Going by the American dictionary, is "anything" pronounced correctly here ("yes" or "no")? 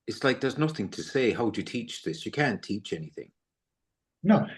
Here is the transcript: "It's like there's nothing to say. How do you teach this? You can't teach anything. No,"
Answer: yes